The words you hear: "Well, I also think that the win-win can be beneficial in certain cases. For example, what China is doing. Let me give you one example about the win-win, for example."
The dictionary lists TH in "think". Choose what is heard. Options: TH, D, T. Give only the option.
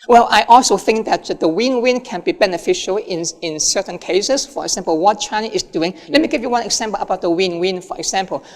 TH